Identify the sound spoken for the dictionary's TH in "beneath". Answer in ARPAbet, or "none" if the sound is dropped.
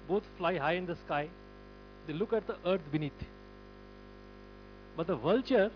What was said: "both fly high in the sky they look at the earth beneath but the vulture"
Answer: T